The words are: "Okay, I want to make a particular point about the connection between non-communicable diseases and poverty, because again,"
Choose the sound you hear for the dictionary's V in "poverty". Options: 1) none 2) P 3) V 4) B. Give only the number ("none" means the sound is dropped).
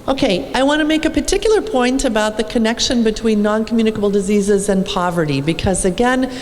3